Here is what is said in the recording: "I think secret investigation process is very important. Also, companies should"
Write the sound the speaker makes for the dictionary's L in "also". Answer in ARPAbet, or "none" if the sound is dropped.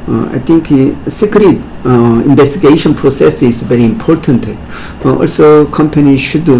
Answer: L